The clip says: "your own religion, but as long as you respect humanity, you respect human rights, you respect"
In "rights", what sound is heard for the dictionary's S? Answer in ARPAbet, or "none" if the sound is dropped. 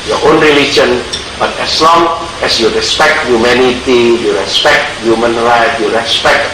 none